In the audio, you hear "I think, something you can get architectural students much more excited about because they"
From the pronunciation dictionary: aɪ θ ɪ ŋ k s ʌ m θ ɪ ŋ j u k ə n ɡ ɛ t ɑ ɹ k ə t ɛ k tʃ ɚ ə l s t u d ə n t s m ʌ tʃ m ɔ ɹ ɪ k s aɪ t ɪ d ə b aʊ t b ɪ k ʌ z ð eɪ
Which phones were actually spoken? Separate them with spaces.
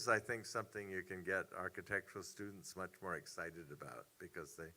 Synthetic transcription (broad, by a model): aɪ θ ɪ ŋ k s ʌ m θ ɪ ŋ j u k ə n ɡ ɛ t ɑ ɹ k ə t ɛ k tʃ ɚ l s t u d n t s m ʌ tʃ m ɔ ɹ ɪ k s aɪ t ɪ d ə b aʊ t b ɪ k ʌ z ð eɪ